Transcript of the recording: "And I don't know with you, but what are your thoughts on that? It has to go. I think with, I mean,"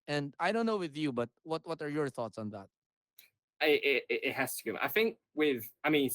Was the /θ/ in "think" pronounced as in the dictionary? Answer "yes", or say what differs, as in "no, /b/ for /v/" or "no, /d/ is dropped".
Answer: yes